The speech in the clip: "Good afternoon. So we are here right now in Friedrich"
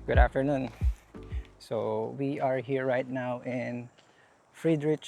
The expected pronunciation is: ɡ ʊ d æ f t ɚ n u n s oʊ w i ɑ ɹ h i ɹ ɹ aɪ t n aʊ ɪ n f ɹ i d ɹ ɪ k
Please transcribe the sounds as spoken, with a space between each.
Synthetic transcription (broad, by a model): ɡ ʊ d æ f t ɚ n u n s oʊ w i ɑ ɹ h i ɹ ɹ aɪ t n aʊ ɪ n f ɹ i d ɹ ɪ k